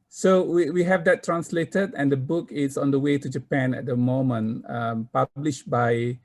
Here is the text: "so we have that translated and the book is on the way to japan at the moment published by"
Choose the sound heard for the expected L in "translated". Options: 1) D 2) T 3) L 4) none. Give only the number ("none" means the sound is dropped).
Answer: 3